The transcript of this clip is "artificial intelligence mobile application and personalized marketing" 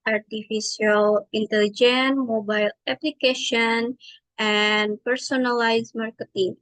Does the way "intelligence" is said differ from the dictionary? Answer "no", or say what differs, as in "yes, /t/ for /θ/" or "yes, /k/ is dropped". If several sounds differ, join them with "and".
yes, /s/ is dropped